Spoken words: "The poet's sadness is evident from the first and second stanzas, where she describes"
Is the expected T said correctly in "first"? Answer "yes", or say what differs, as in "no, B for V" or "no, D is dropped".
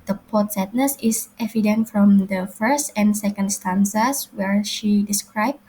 yes